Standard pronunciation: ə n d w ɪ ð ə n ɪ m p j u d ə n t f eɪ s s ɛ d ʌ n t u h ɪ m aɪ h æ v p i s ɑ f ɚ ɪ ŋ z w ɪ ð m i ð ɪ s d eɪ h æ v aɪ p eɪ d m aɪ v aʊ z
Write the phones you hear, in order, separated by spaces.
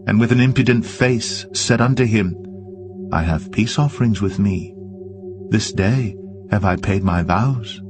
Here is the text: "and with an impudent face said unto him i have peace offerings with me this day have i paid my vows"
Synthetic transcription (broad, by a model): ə n w ɪ ð ə n ɪ m p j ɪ d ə n t f eɪ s s ɛ d ʌ n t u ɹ ɪ m aɪ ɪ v p i s ɑ f ɚ ɪ ŋ z w ɪ ð m i ð ɪ s d eɪ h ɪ v aɪ p eɪ d m aɪ v aʊ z